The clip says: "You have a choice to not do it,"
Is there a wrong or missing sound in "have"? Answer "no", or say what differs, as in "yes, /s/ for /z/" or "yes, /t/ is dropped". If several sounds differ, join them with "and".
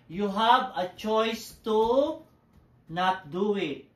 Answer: yes, /b/ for /v/